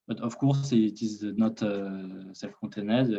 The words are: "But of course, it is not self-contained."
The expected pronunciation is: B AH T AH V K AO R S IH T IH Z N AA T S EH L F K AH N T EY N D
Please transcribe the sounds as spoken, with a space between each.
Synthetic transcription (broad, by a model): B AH T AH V K AO R S IH T IH Z N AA T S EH F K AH T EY N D